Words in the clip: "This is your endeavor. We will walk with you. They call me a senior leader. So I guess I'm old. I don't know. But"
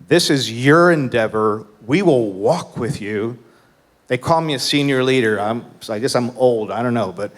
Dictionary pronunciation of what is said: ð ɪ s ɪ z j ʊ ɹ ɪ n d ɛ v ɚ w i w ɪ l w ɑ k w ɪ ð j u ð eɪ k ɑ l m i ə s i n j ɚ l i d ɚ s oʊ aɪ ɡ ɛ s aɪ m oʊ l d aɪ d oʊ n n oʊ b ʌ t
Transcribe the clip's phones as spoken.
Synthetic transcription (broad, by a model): ð ɪ s ɪ z j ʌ ɹ ɪ n d ɛ v ɚ w i w ɪ l w ɑ k w ɪ ð j u ð eɪ k ɑ l m i ə s i n j ɚ l i d ɚ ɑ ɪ aɪ ɡ ɛ s aɪ m oʊ l d aɪ d oʊ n n oʊ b ʌ t